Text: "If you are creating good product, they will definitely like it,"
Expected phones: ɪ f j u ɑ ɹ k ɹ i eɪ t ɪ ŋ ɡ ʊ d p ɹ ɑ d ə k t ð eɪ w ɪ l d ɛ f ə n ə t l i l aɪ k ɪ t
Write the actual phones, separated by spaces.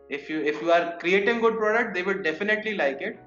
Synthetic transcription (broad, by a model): ɪ f j u ɑ ɹ k ɹ i eɪ t ɪ ŋ ɡ ʊ d p ɹ ɑ d ə k t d eɪ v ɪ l d ɛ f ə n ə t l i l aɪ k ɪ t